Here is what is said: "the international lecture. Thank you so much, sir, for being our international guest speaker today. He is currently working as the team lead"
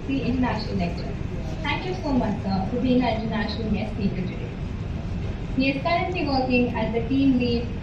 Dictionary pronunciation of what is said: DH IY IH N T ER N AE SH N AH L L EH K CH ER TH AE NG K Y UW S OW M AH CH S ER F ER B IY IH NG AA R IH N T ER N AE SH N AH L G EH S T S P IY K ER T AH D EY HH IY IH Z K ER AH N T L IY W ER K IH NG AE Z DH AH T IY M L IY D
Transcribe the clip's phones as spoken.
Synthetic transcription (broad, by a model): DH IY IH N T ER N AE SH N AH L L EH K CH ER T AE NG K Y UW S OW M AH CH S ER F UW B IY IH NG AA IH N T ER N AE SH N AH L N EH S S IY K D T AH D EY HH IY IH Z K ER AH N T L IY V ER K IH NG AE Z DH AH T IY M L IY